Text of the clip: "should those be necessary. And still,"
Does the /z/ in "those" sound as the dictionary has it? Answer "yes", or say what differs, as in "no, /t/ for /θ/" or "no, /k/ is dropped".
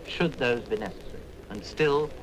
yes